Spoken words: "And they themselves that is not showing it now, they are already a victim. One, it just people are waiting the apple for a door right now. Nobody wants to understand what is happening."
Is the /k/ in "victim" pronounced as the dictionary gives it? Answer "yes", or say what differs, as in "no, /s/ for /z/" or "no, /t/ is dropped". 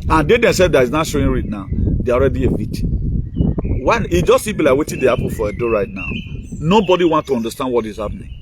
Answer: no, /k/ is dropped